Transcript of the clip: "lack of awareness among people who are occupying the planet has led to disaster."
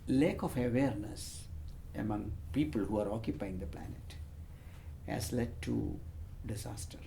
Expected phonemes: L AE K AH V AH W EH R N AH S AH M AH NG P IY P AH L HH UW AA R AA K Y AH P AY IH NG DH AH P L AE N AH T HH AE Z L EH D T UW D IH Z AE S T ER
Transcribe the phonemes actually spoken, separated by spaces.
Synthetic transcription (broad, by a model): L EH K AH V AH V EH R N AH S AH M AH NG P IY P AH L HH UW AA R AA K Y AH P AY IH NG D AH P L AE N AH T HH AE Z L EH D T UW D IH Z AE S T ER